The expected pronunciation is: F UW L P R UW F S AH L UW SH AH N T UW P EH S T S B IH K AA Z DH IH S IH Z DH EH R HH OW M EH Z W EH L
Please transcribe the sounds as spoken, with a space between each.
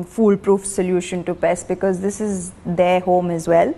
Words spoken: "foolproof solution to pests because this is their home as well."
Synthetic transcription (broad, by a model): F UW L P R UW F S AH L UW SH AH N T UW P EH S S B IH K AA Z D IH S IH Z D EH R HH OW M EH Z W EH L